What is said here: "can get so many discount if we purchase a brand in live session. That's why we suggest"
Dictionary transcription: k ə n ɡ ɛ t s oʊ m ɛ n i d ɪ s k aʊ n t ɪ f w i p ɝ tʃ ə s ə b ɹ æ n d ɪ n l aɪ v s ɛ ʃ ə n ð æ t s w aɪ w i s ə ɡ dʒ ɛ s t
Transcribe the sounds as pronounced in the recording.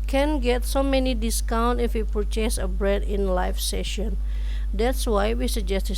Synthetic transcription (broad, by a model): k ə n ɡ ɛ t s oʊ m ɛ n i d ɪ s k aʊ n t ɪ f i p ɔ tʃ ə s ə b ɹ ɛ d ɪ n l aɪ f s ɛ ʃ ə n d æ t s w aɪ w i s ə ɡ dʒ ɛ s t